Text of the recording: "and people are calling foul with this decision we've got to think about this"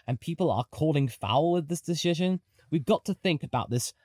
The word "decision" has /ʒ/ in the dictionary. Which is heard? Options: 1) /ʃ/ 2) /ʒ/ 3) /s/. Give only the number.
2